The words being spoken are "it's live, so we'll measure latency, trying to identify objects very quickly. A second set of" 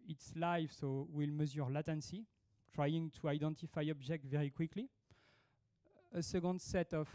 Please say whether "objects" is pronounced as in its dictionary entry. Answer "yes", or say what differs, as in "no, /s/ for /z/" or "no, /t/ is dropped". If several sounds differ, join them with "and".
no, /s/ is dropped